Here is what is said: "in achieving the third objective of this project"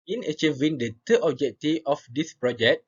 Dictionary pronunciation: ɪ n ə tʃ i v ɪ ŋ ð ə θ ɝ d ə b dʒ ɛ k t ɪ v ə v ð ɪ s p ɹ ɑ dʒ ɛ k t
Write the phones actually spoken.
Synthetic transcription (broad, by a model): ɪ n ə tʃ i v ɪ ŋ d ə t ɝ ə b dʒ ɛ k t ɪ ə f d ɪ s p ɹ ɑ dʒ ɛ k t